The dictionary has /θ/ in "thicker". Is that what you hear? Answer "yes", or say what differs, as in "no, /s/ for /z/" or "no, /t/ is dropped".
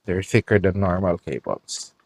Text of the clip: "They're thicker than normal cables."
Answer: no, /f/ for /θ/